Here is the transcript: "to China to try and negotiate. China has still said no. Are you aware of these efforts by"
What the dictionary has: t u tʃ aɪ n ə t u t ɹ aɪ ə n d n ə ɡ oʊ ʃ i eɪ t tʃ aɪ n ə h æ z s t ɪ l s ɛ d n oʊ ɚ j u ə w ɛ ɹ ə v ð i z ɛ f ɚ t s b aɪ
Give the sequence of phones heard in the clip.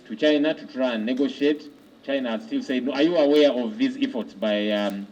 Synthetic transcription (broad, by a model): t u tʃ aɪ n ə t u t ɹ aɪ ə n n ə ɡ oʊ ʃ i eɪ t tʃ aɪ n ə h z s t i l s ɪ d n oʊ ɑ j u ə w ɛ ɹ ə v ð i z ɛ f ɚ t s b aɪ